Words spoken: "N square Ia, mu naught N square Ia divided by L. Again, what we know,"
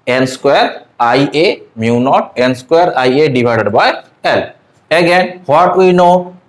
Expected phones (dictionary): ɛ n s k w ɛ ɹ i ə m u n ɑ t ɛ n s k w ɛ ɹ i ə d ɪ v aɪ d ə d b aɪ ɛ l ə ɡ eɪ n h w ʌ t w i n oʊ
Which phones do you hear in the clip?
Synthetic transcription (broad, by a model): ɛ n s k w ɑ ɹ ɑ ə m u n ɑ t ɛ n s k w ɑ ɹ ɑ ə d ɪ b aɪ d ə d b aɪ ɛ l ə ɡ eɪ n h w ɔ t w i n oʊ